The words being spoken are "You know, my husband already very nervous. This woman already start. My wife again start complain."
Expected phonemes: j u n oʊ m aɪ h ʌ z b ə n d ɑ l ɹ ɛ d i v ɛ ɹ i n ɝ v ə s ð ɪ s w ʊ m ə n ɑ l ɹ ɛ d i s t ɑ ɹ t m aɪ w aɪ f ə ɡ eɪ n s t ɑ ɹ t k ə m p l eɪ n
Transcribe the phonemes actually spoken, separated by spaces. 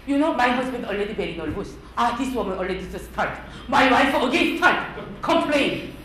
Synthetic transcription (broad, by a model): j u n oʊ m aɪ h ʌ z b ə n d ɑ l ɹ ɛ d i b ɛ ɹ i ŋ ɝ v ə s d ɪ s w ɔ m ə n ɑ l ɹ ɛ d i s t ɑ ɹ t m aɪ w aɪ f ə ɡ eɪ n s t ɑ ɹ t k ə m p l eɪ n